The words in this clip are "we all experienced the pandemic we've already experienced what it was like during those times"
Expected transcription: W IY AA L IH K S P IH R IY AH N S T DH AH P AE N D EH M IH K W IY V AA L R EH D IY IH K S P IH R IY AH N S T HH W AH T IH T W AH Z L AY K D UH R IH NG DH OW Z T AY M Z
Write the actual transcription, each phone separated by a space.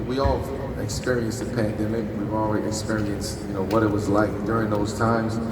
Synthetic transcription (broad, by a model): W IY AA L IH K S P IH R IY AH N S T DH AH P AE N D EH M IH K W IY V AA L W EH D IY IH K S P IH R IY AH N S T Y W AH T IH T W AH Z L AY K D UH R IH NG DH OW Z T AY M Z